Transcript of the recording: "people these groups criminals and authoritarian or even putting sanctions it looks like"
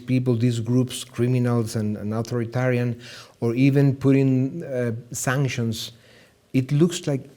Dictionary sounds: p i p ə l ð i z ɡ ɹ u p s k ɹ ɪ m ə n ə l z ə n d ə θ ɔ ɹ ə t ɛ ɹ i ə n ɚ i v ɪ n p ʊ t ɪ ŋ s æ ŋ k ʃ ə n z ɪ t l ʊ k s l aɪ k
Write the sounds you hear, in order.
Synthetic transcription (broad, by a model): p i p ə l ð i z ɡ ɹ u p s k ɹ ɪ m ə n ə l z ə n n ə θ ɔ ɹ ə t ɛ ɹ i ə n ɚ i v ɪ n p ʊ t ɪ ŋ s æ ŋ k ʃ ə n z ɪ t l ʊ k s l aɪ k